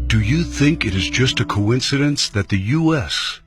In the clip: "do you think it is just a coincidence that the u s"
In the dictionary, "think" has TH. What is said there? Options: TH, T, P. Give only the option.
TH